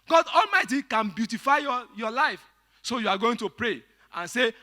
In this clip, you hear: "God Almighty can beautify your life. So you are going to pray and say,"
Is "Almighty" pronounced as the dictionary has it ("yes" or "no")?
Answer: yes